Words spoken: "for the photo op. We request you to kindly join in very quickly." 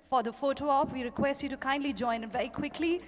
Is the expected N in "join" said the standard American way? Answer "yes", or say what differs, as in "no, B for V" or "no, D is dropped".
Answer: no, N is dropped